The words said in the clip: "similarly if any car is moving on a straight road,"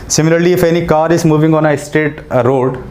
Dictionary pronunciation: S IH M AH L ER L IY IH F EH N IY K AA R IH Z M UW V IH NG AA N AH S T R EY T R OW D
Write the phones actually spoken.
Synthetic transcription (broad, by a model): S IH M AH L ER L IY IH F EH N IY K AA R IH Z M UW V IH NG AA N AH S T EY T R OW D